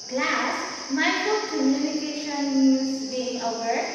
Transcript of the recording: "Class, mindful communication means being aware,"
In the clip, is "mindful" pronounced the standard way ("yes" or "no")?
no